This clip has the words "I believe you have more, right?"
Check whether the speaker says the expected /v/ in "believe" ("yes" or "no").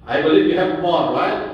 yes